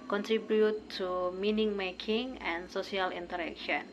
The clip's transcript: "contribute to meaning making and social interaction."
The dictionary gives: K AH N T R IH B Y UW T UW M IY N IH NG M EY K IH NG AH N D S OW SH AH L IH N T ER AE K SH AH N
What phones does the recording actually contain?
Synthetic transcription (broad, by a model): K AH N T R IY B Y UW T UW M IY N IH NG M EY K IH NG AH N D S OW S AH L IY N T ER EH K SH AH N